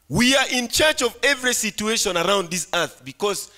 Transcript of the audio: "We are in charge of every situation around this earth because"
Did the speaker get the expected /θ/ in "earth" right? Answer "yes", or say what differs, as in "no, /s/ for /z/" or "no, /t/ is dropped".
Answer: yes